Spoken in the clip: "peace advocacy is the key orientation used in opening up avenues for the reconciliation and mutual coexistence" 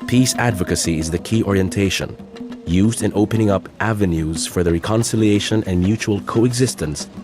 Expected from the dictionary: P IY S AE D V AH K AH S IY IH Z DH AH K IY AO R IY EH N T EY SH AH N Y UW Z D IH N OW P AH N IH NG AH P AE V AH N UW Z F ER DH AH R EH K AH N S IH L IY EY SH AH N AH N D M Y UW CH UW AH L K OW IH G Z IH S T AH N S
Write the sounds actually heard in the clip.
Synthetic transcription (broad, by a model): P IY S AE D V AH K AH S IY IH Z DH AH K IY AO R IY EH N T EY SH AH N Y UW Z D IH N OW P AH N IH NG AH P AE V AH N UW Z F ER DH AH R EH K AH N S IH L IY EY SH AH N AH N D M Y UW CH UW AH L K OW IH G Z IH S T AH N S